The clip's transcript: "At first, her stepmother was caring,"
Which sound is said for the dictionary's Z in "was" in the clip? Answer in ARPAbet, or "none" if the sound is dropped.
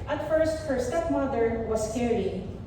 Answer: S